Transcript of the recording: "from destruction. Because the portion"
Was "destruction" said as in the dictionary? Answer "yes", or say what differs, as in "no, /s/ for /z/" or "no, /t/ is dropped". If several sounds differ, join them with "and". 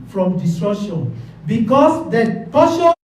no, /k/ is dropped